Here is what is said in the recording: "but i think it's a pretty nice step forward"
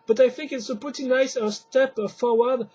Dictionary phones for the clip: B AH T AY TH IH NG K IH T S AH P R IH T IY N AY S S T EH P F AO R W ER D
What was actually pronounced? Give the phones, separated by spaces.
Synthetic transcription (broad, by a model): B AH T AY TH IH NG K IH T S AH P R IH T IY N AY S S T EH P F AO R W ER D